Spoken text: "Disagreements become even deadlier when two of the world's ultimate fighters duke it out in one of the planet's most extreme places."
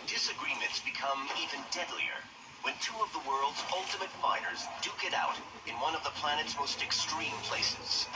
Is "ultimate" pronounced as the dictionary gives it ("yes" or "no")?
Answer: yes